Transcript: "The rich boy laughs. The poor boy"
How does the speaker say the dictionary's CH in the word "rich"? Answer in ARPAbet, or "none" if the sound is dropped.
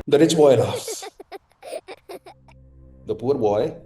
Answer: S